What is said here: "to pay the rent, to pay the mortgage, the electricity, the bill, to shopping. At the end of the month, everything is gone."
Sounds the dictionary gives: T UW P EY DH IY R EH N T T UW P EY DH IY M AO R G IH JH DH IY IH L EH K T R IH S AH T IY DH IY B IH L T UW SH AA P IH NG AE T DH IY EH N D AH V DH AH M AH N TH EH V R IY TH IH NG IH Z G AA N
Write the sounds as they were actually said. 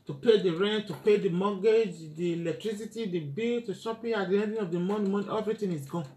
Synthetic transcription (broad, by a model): T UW P EY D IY R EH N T T UW P EY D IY M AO G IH JH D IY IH L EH K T R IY S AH T IY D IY B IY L T UW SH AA P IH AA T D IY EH N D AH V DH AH M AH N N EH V R IY T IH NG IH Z G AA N